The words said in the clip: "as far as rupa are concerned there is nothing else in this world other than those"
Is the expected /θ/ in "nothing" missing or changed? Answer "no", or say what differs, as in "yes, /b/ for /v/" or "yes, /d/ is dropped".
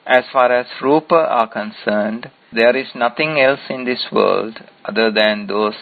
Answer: yes, /t/ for /θ/